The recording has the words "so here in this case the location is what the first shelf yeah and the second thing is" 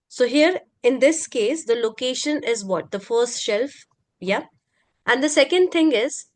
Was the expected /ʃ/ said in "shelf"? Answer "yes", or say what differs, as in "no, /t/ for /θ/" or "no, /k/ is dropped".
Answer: yes